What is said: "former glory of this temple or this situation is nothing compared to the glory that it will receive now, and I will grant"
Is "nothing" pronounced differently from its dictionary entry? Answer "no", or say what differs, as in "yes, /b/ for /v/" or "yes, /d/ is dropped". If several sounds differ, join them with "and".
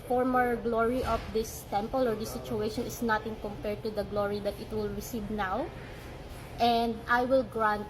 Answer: yes, /t/ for /θ/